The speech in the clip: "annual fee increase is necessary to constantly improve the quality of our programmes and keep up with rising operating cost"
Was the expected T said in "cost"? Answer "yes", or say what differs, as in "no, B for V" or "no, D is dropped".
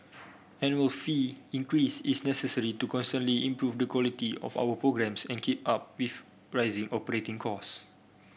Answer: no, T is dropped